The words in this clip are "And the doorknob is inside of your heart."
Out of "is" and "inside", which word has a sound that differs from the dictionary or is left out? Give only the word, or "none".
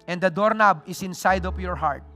is